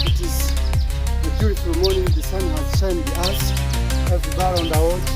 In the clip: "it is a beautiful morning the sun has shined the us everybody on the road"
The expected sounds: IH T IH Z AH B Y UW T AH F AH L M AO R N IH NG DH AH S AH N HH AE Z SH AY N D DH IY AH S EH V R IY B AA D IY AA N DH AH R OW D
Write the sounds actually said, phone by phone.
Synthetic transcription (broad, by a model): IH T IH Z AH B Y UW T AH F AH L M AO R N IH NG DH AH S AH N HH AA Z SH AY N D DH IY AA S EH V IY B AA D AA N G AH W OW